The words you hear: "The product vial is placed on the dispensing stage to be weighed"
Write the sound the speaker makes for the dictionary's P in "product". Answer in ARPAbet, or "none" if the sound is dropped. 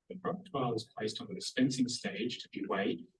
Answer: B